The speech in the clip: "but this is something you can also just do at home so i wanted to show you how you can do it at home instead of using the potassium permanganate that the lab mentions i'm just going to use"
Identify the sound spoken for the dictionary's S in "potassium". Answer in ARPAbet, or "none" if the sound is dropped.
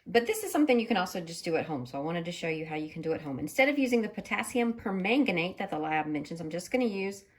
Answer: S